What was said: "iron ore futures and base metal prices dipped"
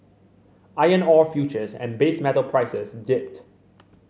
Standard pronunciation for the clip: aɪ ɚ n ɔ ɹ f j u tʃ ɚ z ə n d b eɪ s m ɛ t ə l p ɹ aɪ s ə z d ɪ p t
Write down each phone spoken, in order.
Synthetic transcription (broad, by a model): aɪ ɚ n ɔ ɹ f j u tʃ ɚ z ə n b eɪ s m ɛ t ə l p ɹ aɪ s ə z d ɪ p t